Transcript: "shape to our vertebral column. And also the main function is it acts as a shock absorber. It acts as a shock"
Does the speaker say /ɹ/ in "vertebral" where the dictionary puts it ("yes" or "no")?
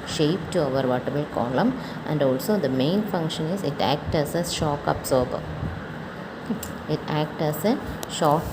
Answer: no